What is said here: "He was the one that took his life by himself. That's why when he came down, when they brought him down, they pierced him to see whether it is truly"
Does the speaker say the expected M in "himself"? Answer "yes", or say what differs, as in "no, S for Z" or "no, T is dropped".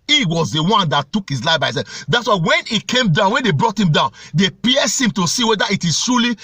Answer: no, M is dropped